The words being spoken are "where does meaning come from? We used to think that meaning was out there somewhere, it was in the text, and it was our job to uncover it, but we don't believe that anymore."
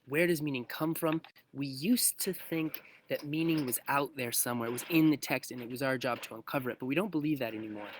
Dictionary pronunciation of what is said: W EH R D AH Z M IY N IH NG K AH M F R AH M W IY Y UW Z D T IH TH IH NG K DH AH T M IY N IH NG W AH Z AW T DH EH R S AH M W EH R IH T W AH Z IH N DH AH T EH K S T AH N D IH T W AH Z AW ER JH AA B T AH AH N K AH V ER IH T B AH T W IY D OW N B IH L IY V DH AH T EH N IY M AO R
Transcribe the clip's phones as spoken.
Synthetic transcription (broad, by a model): W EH R D AH Z M IY N IH NG K AH M F R AH M W IY Y UW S T IH TH IH NG K DH AH T M IY N IH NG W AH Z AW T DH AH R S AH M W EH R IH T W AH Z IH N DH AH T EH K S T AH N IH T W AH Z AW ER JH AA B T AH AH N K AH V ER IH T B AH T W IY D OW N B IH L IY V DH AH T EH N IY M AO R